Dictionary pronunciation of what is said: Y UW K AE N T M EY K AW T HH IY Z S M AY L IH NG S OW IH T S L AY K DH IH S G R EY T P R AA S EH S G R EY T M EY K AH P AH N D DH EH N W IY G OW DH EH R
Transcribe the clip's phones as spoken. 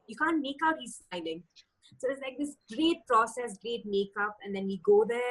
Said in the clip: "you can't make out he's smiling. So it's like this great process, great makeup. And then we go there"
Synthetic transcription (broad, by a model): Y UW K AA N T M EY K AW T HH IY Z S AY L IH NG S OW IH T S L AY K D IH S G R EY T P R AA S EH S G R EY T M EY K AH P AH N D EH N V IY G OW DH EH